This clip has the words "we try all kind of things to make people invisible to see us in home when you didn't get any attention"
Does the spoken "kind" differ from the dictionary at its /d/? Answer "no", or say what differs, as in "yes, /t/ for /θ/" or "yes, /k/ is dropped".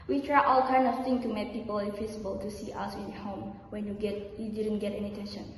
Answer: yes, /d/ is dropped